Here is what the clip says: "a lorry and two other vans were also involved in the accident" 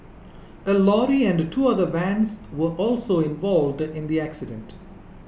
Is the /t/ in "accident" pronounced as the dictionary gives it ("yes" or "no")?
yes